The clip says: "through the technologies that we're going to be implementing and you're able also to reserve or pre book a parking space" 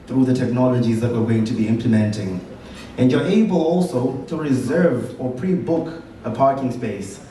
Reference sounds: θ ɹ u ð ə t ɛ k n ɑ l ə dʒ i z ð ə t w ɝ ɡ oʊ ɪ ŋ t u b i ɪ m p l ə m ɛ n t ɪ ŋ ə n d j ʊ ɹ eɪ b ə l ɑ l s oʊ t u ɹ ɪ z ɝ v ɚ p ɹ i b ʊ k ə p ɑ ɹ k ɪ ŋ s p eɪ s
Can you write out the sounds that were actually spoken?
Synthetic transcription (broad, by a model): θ ɹ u ð ə t ɛ k n ɑ l ə dʒ i z ð ə t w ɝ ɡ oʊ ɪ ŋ t u b i ɪ m p l ə m ɛ n t ɪ ŋ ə n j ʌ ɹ eɪ b ə l ɑ l s oʊ t u ɹ ɪ z ɝ v ɚ p ɹ i b ʊ k ə p ɑ ɹ k ɪ ŋ s p eɪ s